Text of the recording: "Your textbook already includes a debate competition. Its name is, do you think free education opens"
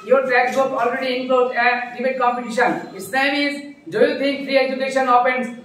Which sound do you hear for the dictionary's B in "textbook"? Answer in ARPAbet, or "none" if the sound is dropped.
none